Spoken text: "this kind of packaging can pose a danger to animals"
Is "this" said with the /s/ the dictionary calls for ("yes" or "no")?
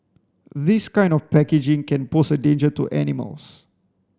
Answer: yes